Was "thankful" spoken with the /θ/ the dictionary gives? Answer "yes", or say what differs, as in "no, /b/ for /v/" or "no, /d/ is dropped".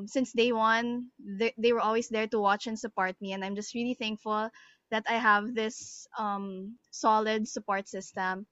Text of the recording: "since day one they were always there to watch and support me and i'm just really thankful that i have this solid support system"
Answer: yes